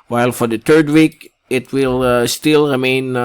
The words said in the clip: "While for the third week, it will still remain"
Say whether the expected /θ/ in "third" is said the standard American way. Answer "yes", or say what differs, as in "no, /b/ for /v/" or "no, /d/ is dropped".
no, /t/ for /θ/